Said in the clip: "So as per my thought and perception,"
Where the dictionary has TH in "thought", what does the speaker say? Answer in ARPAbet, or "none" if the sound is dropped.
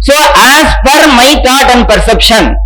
T